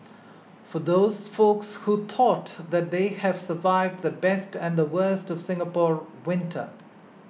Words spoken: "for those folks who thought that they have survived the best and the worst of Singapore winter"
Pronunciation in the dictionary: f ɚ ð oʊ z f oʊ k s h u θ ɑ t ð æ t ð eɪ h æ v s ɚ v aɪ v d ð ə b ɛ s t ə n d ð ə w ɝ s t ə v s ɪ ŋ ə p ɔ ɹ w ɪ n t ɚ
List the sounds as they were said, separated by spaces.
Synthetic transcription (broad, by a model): f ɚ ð oʊ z f oʊ k s h u t ɑ t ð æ t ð eɪ h æ v s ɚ v aɪ v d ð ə b ɛ s t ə n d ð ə w ɝ s t ə v s ɪ ŋ ə p ɔ ɹ w ɪ n t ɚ